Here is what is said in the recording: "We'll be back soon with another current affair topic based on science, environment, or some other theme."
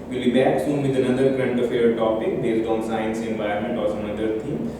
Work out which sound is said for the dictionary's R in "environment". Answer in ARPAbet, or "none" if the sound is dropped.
none